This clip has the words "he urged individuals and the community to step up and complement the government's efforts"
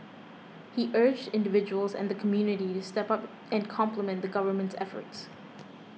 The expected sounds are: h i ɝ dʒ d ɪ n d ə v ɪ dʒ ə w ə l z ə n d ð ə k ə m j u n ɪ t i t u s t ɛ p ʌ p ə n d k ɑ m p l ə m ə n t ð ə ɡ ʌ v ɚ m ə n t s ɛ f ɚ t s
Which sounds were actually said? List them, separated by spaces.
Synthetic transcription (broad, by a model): h i ɝ dʒ d ɪ n d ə v ɪ dʒ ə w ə l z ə n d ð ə k ə m j u n ɪ t i t u s t ɛ p ʌ p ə n k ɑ m p l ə m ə n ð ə ɡ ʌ v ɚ m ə n t s ɛ f ɚ t s